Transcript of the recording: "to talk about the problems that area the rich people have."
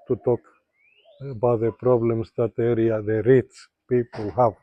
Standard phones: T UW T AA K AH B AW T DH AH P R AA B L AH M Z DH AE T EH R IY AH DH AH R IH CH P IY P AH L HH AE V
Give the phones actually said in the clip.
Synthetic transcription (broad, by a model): T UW T AA K AH B AW T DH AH P R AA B L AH M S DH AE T EH R IY AH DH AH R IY S P IY P AH L HH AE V